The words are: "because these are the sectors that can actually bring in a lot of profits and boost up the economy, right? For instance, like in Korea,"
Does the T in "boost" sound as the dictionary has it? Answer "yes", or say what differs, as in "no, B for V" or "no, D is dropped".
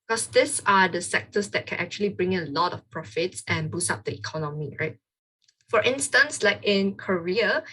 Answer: no, T is dropped